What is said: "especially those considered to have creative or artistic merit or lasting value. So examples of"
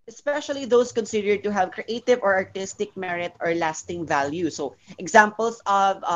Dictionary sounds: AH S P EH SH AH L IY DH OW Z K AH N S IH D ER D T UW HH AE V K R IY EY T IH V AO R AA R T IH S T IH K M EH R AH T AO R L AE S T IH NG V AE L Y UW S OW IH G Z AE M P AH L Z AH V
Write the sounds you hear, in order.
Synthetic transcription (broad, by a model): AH S P EH SH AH L IY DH OW S K AH N S IH D ER D T UW HH AE V K R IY EY T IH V AO R AA R T IH S T IH K M EH R AH T AO R L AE S T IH NG V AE L Y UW S OW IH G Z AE M P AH L S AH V